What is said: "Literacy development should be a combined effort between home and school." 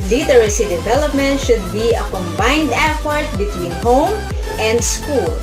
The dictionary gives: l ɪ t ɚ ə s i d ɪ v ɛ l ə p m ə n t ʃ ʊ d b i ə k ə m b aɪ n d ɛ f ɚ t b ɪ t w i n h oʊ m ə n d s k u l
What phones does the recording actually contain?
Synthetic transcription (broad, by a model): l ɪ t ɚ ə s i d ɪ v ɛ l ə p m ə n t ʃ ʊ d b i ə k ə m b aɪ n d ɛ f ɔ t b ɪ t w i n h oʊ m ə n d s k u l